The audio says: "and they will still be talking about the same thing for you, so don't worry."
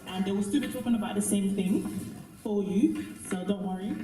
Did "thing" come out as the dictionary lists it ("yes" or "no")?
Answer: yes